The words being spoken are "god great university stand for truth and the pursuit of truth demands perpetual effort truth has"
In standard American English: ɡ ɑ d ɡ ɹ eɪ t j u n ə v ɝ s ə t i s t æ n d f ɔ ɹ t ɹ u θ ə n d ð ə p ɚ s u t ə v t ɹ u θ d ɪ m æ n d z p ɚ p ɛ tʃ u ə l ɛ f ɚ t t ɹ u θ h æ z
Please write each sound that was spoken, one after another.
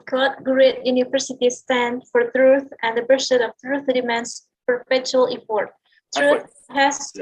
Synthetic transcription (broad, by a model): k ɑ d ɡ ɹ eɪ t j u n ə v ɝ s ə t i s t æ n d f ɔ ɹ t ɹ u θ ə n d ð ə b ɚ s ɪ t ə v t ɹ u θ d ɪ m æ n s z p ɚ p ɛ tʃ u ə l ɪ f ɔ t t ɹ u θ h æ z